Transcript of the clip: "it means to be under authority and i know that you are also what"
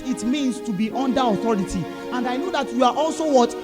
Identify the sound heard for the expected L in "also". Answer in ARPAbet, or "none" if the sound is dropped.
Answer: L